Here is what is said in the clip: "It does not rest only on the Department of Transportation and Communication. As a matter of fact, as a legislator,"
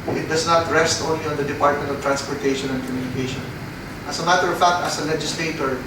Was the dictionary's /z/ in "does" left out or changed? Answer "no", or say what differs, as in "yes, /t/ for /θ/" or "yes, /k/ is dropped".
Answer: yes, /s/ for /z/